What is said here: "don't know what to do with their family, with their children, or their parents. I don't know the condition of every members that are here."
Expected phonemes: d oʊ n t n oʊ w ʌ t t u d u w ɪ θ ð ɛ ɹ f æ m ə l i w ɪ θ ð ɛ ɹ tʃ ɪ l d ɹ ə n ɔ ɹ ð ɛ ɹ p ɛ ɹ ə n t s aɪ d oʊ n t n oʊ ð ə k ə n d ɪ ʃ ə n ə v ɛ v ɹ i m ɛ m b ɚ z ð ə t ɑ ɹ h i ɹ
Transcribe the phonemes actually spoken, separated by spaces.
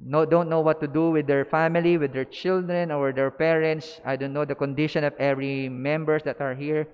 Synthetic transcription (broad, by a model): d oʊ n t n oʊ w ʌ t t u d u w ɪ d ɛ ɹ f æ m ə l i w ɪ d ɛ ɹ tʃ ɪ l d ɹ ə n ɔ ɹ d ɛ ɹ p ɛ ɹ ə n t s aɪ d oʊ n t n oʊ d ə k ə n d ɪ ʃ ə n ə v ɛ v ɹ i m ɛ m b ɚ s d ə t ɑ ɹ h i ɹ